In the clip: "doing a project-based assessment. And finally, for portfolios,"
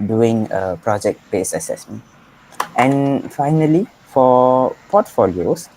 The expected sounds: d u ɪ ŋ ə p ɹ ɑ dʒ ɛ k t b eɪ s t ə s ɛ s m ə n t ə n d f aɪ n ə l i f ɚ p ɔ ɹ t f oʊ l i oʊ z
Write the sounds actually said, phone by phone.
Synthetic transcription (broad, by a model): d u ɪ ŋ ə p ɹ ɑ dʒ ɛ k t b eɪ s ə s ɛ s m ə n t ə n f aɪ n ə l i f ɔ p ɔ t f oʊ l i oʊ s